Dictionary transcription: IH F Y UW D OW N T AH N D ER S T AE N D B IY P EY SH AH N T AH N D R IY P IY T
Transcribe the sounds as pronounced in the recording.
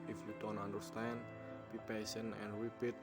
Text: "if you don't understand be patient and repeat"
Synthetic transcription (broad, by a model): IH F Y UW D OW N T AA N D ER S T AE N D B IY P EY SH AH N AH N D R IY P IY T